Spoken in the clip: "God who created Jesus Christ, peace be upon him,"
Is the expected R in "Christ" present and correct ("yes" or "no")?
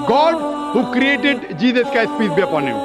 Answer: no